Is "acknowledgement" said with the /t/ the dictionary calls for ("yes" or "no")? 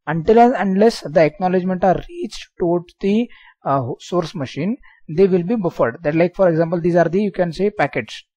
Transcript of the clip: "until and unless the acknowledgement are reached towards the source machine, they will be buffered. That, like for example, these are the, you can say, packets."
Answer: yes